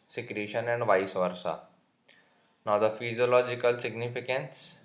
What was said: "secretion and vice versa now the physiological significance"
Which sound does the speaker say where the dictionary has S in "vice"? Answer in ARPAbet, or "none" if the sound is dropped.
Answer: S